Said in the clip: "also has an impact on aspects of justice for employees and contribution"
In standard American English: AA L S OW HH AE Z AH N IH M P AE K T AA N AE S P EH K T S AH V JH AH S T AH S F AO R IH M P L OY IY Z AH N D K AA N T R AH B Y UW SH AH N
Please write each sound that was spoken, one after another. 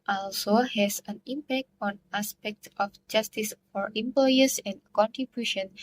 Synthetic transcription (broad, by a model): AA L S OW HH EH S AH N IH M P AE K T AA N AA S P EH K T AH F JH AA S T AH S F AO R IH M P L OY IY S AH N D K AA N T R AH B Y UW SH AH N